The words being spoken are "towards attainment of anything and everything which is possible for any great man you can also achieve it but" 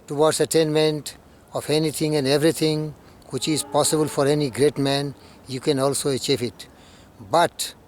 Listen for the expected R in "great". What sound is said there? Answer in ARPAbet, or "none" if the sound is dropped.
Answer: R